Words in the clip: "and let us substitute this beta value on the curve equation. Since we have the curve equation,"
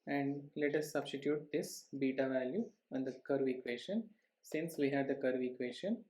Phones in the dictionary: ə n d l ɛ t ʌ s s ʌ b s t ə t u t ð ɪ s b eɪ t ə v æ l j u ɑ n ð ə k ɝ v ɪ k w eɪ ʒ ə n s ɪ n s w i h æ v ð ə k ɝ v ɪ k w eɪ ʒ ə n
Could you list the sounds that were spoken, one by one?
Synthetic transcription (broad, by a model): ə n d l ɛ t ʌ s s ʌ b s t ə t u t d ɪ s b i t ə v æ l j u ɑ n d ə k ɝ v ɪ k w eɪ ʃ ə n s ɪ n s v i h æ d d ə k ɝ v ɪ k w eɪ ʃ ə n